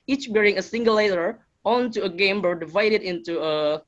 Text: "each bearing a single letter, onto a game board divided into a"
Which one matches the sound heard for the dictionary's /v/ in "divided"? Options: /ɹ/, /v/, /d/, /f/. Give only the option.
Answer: /v/